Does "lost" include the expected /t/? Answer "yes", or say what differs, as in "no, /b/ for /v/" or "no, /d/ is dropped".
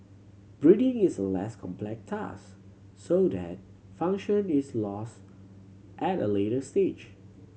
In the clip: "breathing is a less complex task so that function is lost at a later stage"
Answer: yes